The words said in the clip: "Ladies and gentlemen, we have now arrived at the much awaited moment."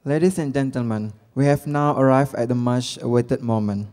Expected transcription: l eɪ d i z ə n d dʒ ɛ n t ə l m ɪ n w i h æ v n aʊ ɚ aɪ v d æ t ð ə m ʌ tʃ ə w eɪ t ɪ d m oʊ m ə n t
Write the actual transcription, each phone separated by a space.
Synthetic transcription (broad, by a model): l eɪ d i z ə n dʒ ɛ n t ə l m ɪ n w i h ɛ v n aʊ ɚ aɪ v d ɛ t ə m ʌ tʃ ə w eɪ t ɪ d m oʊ m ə n